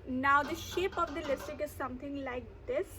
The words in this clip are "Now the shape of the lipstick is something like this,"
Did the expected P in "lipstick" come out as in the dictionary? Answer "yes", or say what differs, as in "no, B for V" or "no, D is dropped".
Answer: no, P is dropped